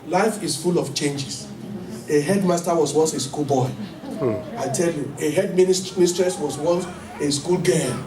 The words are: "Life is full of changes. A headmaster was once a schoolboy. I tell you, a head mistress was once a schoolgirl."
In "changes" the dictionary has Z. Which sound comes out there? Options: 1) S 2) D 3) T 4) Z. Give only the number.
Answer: 1